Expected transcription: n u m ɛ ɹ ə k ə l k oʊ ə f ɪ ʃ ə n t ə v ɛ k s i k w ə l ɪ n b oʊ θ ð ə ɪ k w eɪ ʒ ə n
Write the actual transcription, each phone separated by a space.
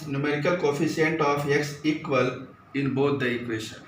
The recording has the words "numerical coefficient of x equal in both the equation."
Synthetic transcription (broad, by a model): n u m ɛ ɹ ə k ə l k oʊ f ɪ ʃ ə n t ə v ɛ k s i k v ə l ɪ n b oʊ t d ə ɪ k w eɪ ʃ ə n